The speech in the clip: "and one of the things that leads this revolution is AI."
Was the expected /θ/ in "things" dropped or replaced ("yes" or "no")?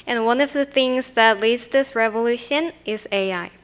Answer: no